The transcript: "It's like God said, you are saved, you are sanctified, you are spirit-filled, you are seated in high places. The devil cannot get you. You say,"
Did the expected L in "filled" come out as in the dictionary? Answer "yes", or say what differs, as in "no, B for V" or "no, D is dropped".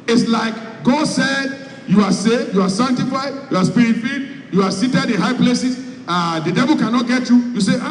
no, L is dropped